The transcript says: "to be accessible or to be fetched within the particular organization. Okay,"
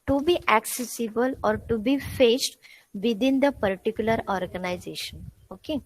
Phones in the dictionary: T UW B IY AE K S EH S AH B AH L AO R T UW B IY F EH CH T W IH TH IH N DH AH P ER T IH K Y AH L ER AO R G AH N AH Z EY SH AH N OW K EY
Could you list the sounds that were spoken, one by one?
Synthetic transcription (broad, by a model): T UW B IY AE K S EH S AH B AH L AO R T UW B IY F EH S T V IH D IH N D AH P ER T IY K Y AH L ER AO R G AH N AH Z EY SH AH N OW K EY